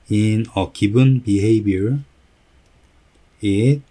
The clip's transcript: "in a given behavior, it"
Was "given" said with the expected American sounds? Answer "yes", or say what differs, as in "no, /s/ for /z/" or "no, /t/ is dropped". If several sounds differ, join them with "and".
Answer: no, /b/ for /v/